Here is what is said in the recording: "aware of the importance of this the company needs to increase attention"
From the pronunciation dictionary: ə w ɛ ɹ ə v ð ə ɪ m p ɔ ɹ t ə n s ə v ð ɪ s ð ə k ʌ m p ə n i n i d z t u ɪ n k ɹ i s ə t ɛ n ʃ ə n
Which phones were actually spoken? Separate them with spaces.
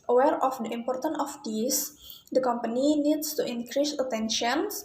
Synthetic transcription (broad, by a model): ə w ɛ ɹ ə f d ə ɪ m p ɔ ɹ t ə n ə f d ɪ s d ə k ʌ m p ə n i n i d s t u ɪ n k ɹ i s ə t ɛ n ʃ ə n